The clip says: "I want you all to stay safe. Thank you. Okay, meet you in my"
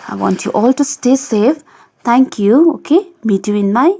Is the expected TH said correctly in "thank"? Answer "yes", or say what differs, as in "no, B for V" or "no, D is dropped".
no, T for TH